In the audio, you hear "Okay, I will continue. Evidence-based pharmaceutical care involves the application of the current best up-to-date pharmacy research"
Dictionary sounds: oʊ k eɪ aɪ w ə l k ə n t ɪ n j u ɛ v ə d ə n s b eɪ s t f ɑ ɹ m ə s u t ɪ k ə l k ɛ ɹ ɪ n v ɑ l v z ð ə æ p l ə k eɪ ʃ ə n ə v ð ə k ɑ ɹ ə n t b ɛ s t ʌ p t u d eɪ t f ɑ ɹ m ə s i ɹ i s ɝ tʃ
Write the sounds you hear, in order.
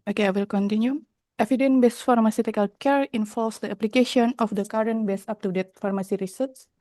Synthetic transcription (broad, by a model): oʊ k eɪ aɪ w ə l k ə n t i n j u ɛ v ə d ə n b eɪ s f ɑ ɹ m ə s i t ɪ k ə l k ɛ ɹ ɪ n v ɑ l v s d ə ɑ p l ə k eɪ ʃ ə n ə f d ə k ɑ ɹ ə n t b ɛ s ɑ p t u d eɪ t f ɑ ɹ m ə s i ɹ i s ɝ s